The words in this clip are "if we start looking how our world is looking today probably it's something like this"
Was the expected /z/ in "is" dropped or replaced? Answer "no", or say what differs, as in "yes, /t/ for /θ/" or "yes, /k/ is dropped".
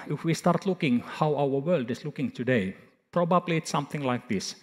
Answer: yes, /s/ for /z/